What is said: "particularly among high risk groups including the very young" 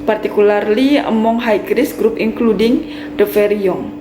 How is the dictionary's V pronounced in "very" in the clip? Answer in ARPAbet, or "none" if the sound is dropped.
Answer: F